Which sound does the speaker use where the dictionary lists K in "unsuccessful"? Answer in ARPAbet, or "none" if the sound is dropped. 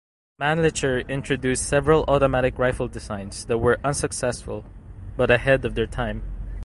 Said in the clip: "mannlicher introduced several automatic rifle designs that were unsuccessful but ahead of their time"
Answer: K